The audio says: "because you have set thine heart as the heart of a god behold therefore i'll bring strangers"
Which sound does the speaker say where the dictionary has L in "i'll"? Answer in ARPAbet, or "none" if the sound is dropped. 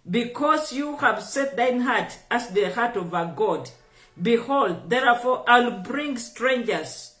L